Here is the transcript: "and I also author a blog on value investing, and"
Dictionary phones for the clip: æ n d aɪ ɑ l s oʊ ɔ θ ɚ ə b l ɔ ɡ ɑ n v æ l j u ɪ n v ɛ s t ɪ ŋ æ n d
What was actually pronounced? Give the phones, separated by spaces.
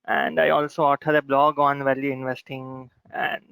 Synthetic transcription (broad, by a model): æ n d aɪ ɑ l s oʊ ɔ t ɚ ə b l ɔ ɡ ɑ n v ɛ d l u ɪ n v ɛ s t ɪ ŋ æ n d